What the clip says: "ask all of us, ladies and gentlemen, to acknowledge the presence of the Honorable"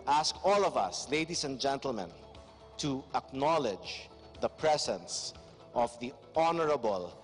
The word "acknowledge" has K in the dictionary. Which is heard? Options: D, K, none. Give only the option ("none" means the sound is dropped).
K